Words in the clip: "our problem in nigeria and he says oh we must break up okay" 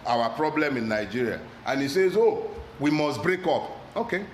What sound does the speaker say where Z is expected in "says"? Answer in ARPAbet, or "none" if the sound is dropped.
Z